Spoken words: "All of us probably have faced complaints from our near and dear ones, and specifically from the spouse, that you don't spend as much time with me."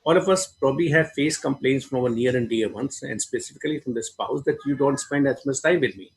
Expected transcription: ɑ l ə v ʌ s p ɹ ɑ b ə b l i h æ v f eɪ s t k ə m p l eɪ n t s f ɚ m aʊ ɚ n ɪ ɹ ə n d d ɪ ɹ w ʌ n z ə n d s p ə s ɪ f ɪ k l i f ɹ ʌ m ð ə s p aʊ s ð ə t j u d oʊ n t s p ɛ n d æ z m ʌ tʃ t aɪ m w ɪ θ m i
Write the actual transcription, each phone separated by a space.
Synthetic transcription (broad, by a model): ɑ l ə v ʌ s p ɹ ɑ b ə b l i h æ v f eɪ s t k ə m p l eɪ n t s f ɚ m aʊ ɚ n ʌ ɹ ə n d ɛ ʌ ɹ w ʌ n s ə n d s p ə s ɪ f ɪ k l i f ɹ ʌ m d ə s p aʊ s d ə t j u d oʊ n t s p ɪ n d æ s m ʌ s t aɪ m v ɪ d m i